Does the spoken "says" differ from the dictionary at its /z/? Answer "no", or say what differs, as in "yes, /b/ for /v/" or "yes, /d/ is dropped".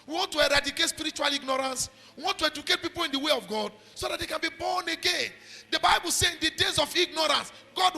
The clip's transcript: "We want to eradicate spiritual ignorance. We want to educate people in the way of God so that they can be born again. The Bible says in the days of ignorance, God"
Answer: yes, /z/ is dropped